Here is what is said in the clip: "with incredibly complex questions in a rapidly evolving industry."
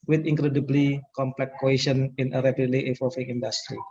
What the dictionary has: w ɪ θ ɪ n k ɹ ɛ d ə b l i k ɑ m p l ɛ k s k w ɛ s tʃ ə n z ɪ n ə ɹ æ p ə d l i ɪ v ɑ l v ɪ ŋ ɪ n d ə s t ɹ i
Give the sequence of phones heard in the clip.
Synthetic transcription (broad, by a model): w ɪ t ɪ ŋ k ɹ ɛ d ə b l i k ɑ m p l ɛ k k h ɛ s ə n ɪ n ə ɹ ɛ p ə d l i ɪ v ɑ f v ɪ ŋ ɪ n d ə s t ɹ i